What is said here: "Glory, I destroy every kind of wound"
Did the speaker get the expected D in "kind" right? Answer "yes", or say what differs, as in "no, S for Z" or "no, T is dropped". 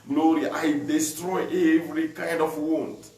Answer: yes